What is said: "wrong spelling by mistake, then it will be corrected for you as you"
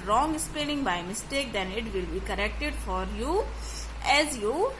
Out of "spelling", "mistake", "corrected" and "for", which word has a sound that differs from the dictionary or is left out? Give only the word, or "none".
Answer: spelling